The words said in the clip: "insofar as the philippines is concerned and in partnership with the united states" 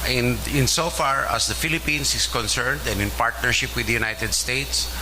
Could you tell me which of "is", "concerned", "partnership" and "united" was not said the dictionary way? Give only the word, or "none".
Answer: is